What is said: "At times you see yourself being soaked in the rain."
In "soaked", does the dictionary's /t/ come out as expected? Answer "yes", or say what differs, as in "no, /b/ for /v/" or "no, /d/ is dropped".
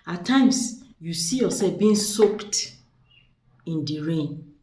yes